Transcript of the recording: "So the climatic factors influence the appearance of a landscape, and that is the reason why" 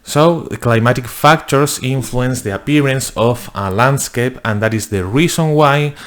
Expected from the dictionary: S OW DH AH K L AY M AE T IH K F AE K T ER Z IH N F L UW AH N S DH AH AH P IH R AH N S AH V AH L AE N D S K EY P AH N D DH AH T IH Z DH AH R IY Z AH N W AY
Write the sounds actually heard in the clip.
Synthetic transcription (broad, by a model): S OW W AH K L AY M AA T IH K F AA K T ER S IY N F L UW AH N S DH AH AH P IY R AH N S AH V AH L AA N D S K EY P AH N D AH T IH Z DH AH R IY S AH N W AY